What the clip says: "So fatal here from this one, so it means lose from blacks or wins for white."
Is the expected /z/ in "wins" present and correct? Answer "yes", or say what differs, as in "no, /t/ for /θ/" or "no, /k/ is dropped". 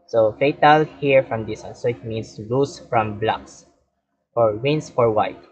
no, /s/ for /z/